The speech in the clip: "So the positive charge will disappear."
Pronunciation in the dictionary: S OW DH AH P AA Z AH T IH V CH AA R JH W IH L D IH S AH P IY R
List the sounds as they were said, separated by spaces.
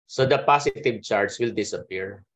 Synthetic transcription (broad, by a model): S OW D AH P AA S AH T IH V CH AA R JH W IH L D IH S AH P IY R